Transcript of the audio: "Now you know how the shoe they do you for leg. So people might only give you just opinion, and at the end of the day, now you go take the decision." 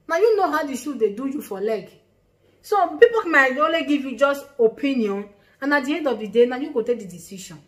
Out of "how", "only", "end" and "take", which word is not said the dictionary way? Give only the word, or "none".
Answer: only